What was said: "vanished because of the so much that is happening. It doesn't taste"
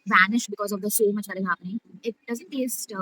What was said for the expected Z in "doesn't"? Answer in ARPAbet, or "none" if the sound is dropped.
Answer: Z